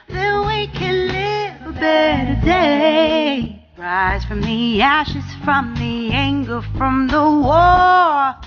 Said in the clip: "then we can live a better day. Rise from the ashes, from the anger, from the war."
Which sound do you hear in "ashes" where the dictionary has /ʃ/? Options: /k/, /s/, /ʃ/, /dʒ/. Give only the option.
/ʃ/